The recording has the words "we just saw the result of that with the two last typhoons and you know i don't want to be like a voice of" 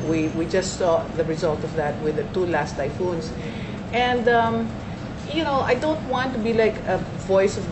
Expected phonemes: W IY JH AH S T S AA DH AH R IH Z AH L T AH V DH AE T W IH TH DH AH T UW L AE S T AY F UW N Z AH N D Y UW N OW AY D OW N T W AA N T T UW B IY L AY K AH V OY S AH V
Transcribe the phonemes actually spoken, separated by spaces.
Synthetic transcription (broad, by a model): W IY JH AH S T S AA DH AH R IH Z AH L T AH V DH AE T W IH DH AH T UW L AE S T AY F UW N S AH N D Y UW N OW AY D OW N T W AA N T T UW B IY L AY K AH V OY S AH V